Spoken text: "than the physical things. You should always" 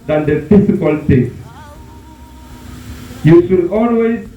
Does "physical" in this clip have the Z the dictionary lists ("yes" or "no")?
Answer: no